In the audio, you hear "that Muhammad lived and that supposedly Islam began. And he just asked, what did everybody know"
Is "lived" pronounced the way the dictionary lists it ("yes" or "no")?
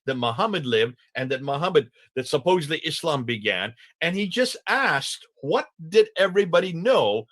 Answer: yes